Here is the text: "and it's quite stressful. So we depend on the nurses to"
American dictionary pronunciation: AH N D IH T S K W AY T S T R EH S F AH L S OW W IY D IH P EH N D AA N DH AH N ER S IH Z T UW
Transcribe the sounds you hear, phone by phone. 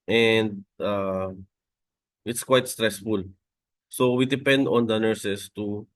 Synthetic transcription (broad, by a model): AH N D IH T S K W AY T S T R EH S F AH L S OW W IY D IH P EH N D AA N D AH N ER S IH S T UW